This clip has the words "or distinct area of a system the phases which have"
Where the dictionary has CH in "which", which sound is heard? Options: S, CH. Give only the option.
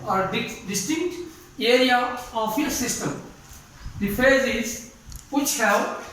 CH